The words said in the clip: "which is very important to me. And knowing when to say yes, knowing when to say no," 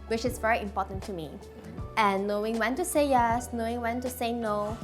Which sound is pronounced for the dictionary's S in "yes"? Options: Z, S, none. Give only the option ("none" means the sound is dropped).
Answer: S